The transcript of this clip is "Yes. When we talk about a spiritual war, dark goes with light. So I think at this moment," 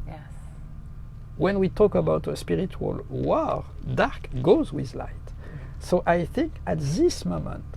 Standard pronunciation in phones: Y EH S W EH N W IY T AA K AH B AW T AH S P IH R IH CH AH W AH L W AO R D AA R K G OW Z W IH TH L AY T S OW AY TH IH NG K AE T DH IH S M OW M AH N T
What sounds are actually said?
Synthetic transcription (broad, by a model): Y W EH N W IY T AA K AH B AW T AH S P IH R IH CH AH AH L W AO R D AA R K G OW Z W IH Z L AY T S OW AY TH IH NG K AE T DH IH S M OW M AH N T